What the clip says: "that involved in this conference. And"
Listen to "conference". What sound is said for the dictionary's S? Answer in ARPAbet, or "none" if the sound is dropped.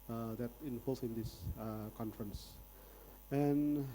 S